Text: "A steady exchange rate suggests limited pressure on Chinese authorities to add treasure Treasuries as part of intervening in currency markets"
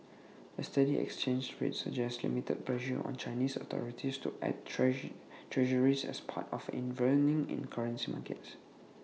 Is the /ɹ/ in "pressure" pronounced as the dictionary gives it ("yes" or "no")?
no